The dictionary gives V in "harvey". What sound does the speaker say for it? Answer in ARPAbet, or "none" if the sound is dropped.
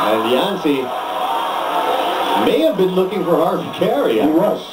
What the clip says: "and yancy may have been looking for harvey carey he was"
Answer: none